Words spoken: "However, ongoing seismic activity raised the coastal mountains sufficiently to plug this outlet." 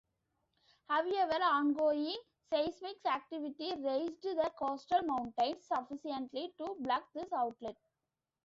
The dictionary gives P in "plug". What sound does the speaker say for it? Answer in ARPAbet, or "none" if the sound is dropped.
B